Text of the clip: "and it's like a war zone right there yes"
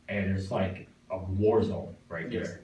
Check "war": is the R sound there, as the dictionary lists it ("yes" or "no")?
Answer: yes